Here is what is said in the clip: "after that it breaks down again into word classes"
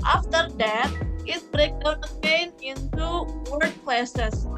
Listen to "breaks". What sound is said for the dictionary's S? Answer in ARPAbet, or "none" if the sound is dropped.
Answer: none